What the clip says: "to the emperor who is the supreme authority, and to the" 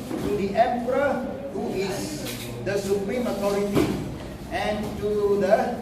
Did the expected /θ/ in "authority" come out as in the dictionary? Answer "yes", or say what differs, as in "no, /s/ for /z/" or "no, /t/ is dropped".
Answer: no, /t/ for /θ/